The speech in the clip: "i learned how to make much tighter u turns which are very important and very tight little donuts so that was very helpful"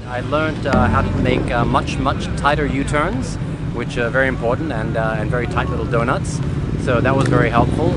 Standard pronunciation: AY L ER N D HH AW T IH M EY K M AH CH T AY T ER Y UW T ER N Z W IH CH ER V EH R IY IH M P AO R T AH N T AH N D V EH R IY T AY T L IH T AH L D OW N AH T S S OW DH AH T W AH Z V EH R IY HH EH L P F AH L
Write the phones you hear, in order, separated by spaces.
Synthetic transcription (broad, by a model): AY L ER N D HH AW T IH M EY K M AH CH T AY T ER Y UW T ER N Z W IH CH ER V EH R IY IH M P AO R T N T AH N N V EH R IY T AY T L IH T L D OW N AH T S S OW DH AH T W AH Z V EH R IY HH EH L P F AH L